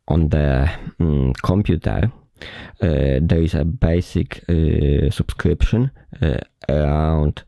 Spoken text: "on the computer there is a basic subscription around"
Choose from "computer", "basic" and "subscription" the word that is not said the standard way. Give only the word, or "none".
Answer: none